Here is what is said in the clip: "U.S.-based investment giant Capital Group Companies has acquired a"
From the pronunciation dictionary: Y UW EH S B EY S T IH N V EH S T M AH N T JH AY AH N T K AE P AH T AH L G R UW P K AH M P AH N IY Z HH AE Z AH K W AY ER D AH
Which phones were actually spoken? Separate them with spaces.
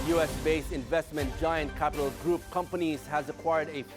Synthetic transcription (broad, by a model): Y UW EH S B EY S IH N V EH S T M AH N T JH AY AH N T K AE P AH T AH L G R UW P K AH M P AH N IY Z HH AE Z AH K W AY ER D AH